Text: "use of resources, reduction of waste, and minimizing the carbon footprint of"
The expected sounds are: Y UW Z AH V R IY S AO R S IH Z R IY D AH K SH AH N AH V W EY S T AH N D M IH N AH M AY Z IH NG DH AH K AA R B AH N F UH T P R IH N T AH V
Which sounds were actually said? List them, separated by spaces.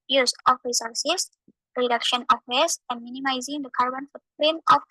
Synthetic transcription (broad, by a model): Y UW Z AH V R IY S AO R S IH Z R IY D AH K SH AH N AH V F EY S AH N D M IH N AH M AY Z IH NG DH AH K AA R B AH N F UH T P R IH N AH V